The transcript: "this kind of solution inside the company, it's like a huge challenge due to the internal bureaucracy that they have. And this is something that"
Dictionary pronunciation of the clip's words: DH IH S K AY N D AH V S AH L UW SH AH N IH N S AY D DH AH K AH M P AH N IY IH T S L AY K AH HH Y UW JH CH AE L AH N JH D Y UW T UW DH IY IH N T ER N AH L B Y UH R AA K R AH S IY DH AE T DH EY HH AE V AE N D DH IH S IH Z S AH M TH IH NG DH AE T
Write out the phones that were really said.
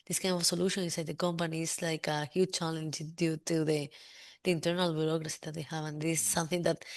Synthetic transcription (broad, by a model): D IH S K AY N D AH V S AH L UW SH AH N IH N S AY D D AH K AH M P AH N IY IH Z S L AY K AH HH Y UW JH CH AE L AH N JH D Y UW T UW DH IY IH N T ER N AH L B Y UH R AA K R AH S IY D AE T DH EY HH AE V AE N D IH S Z S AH M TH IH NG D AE T